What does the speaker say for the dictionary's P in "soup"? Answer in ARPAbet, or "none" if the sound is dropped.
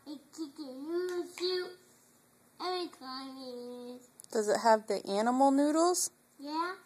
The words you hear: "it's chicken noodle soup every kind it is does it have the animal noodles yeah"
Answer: none